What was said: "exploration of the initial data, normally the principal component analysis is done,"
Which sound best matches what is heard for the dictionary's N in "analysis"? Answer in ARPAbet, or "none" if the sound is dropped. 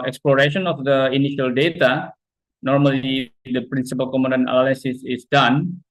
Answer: L